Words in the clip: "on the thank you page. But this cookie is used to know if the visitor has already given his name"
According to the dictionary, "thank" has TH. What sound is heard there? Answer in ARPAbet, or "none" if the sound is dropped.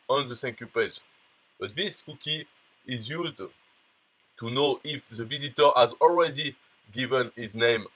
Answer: S